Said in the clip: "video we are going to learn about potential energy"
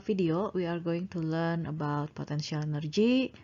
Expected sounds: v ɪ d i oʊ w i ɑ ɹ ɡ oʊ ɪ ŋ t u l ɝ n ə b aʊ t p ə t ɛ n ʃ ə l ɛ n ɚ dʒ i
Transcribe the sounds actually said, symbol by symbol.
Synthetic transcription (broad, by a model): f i d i oʊ w i ɑ ɹ ɡ oʊ ɪ ŋ t u l ɝ n ə b aʊ t p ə t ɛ n s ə l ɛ n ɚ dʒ i